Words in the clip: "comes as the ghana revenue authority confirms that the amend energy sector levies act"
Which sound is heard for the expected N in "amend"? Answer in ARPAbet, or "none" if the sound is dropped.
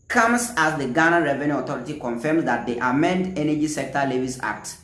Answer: N